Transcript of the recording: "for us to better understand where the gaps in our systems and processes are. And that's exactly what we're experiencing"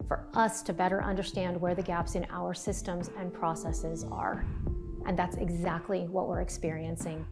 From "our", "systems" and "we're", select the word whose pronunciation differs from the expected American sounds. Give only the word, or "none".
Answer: none